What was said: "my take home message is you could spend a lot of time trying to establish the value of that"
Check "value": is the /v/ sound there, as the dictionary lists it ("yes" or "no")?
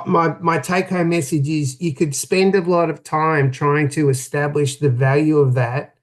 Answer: yes